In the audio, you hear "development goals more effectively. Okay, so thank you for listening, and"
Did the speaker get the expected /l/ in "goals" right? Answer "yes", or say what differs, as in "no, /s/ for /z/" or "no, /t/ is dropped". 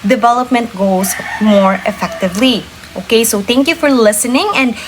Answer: no, /l/ is dropped